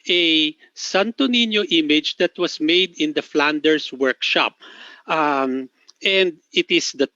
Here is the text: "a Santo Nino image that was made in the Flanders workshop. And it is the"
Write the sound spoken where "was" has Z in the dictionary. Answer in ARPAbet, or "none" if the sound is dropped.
S